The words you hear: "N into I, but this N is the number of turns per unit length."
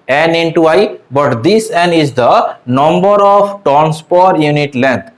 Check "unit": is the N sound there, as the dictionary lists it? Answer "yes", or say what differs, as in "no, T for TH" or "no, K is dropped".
yes